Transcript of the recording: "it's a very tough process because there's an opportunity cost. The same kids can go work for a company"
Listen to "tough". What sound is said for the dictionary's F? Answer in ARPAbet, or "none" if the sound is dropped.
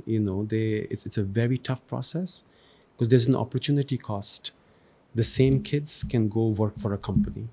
F